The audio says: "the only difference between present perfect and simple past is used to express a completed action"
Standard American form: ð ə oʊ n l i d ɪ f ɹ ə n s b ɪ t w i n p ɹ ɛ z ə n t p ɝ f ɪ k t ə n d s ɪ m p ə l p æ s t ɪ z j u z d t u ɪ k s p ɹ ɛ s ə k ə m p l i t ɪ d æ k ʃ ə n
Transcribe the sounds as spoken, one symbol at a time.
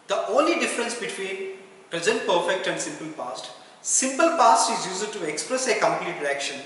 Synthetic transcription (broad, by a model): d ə oʊ n l i d ɪ f ɹ ə n s b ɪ t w i n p ɹ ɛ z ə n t p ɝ f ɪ k t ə n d s ɪ m p ə l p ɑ s t ɪ z j u z d t u ɪ k s p ɹ ɛ s ə k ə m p l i t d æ k ʃ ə n